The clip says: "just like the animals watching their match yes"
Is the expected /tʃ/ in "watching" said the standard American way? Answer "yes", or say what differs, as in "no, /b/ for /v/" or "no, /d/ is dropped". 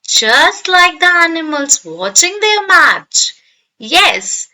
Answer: yes